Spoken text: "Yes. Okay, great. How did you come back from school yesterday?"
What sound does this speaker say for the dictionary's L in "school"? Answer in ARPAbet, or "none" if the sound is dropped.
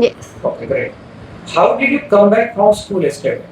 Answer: L